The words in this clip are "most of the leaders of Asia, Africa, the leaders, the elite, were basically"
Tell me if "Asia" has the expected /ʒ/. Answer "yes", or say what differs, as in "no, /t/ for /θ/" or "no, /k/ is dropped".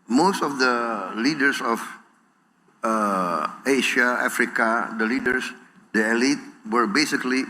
no, /ʃ/ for /ʒ/